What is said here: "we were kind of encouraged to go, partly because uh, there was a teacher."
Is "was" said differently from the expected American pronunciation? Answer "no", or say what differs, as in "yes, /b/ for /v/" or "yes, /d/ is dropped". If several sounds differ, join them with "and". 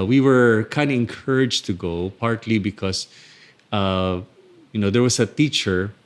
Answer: yes, /s/ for /z/